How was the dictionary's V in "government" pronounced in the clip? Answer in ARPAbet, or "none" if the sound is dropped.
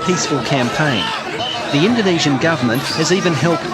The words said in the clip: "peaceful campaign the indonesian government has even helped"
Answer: V